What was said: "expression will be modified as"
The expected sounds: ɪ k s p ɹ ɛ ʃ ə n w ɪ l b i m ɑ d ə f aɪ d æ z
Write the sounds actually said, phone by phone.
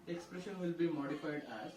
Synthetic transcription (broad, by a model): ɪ k s p ɹ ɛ ʃ ə n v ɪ l b i m ɑ d ə f aɪ d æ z